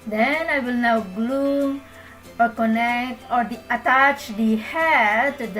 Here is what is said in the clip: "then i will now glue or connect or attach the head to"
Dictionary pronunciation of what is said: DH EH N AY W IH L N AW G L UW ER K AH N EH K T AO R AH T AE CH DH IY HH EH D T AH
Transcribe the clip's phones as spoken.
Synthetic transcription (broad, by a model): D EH N AY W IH L N AW G L UW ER K AH N EH K T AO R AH T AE CH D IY HH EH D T